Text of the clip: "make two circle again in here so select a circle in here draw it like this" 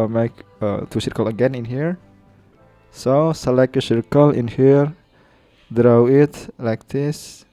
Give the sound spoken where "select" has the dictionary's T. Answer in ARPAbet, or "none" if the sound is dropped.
none